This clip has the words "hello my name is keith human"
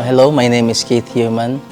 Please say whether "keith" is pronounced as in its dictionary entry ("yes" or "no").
no